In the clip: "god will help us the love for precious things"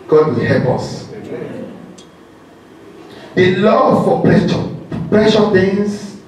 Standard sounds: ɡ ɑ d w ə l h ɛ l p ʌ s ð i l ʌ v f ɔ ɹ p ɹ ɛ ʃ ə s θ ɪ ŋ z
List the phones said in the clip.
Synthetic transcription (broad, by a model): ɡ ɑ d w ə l h ɛ l p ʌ s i l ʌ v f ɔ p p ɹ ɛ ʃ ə θ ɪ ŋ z